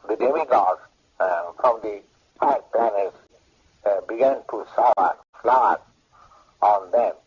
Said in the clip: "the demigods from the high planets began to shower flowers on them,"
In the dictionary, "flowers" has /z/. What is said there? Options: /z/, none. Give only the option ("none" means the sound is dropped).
none